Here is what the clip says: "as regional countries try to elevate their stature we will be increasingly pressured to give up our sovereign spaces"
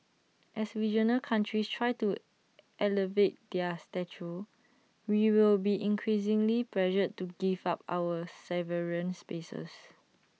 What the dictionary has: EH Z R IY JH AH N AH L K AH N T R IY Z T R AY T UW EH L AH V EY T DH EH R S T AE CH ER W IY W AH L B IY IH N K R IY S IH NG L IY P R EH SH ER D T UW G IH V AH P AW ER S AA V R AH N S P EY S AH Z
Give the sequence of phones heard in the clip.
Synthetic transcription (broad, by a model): EH S R IY JH AH N AH L K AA N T R IY S T R AY T UW EH L AH V EY T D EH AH S T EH CH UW W IY W AH L B IY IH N K R IY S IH NG L IY P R EH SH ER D T UW G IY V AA P AW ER S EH V R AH N S P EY S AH S